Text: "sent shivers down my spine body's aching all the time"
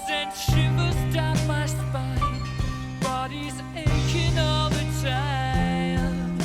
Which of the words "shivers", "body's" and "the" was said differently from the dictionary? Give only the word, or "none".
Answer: shivers